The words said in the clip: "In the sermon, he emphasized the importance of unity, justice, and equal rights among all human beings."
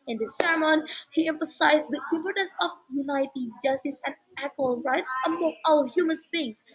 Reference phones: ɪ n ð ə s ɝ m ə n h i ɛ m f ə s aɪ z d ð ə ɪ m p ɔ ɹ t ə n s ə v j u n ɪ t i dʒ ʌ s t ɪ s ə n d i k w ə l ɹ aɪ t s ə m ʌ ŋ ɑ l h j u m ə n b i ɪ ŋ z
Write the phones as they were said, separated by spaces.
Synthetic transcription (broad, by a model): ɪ n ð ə s ɝ m ə n h i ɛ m f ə s aɪ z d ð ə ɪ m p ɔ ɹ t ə n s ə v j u n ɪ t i dʒ ʌ s t ɪ s ə n d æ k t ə l ɹ aɪ t s ə m ʌ ŋ ɑ l h j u m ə n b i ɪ ŋ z